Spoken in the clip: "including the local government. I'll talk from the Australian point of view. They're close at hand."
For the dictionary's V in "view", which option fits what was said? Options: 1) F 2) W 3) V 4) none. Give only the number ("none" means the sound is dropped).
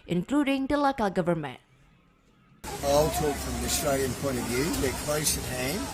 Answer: 3